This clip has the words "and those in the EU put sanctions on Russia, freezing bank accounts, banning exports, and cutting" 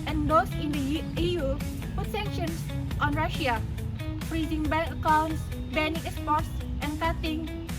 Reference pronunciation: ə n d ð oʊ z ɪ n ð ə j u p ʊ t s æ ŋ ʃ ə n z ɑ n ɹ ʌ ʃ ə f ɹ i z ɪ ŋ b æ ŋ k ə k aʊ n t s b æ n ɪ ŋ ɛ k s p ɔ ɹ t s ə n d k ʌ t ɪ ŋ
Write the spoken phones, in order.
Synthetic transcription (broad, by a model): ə n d oʊ s ɪ n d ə j u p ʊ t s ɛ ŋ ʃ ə n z ɑ n ɹ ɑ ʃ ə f ɹ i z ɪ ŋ b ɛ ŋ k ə k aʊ n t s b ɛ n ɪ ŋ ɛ s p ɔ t s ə n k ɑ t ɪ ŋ